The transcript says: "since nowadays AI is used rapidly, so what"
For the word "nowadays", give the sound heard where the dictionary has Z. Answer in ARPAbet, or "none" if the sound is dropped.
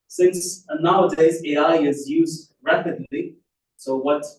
Z